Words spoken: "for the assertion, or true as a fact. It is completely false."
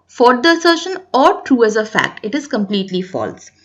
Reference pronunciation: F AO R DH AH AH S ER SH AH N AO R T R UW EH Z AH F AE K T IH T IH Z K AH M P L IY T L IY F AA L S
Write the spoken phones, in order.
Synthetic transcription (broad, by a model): F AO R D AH AH S ER SH AH N AO R T R UW EH Z AH F AE K T IH T IH Z K AH M P L IY T L IY F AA L S